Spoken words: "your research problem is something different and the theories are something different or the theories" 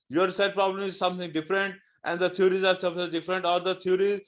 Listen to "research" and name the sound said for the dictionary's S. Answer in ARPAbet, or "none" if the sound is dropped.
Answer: none